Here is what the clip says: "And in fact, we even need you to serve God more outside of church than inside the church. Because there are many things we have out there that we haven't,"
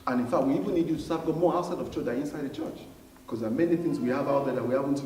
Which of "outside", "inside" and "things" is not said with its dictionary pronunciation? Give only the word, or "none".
none